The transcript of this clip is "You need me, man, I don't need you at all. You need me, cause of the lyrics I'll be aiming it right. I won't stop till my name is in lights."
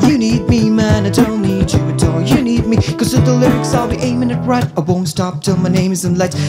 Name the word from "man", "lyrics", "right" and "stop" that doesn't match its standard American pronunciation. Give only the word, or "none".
none